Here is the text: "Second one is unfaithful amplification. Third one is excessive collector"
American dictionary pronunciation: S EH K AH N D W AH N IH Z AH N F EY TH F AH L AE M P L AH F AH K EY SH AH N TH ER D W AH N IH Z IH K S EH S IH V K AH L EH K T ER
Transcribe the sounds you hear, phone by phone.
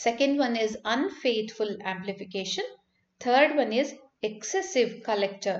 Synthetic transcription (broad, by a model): S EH K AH N D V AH N IH Z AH N F EY T F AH L AE M P L AH F AH K EY SH AH N T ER D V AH N IH Z IH K S EH S IH V K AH L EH K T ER